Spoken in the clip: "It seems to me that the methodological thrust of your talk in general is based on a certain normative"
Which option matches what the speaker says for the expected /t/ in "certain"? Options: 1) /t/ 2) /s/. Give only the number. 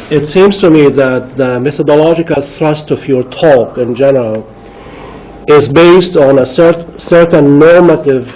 2